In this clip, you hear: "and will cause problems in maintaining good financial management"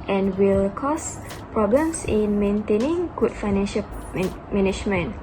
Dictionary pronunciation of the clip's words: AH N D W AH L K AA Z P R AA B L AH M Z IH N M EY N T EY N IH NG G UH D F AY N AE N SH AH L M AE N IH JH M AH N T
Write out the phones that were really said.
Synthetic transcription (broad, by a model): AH N W AH L K AA S P R AA B L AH M S IH N M EY N T EY N IH NG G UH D F AY N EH N SH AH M M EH N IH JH M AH N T